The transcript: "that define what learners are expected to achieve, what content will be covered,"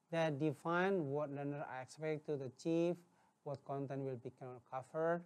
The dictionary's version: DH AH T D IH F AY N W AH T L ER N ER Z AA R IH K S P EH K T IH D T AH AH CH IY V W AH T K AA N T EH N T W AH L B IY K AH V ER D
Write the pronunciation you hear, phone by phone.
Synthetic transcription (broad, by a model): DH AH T D IH F AY N W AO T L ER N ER AA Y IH K S P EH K T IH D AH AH CH IY F W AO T K AA N T EH N T W AH L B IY K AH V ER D